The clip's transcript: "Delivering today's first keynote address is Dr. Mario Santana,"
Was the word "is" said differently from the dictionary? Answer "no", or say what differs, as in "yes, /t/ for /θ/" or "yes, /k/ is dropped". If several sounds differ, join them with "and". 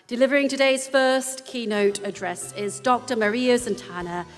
no